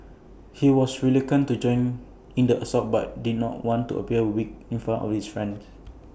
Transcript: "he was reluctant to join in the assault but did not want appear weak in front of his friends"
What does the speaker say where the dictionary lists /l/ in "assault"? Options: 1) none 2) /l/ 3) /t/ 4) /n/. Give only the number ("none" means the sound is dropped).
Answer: 1